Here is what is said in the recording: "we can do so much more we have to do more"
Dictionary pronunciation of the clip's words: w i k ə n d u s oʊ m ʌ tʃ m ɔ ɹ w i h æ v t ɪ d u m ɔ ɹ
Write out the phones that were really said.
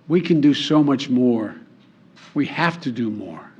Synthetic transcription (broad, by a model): w i k ə n d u s oʊ m ʌ tʃ m ɔ ɹ w i h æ f t ɪ d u m ɔ ɹ